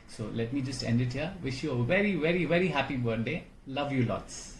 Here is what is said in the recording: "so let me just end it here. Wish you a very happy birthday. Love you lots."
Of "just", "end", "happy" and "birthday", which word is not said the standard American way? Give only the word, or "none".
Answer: birthday